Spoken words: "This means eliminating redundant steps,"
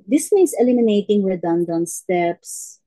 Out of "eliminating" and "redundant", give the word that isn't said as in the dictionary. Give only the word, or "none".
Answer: redundant